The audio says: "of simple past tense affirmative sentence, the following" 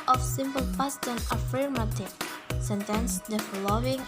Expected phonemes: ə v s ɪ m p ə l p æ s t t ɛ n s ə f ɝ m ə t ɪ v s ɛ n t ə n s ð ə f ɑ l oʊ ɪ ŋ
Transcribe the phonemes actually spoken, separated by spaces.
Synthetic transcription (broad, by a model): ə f s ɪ m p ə l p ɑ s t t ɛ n ə f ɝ m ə t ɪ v s ɛ n t ə n s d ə f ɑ l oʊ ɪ ŋ